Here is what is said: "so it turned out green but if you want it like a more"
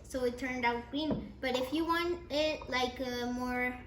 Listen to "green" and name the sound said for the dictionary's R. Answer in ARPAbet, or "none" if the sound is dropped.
none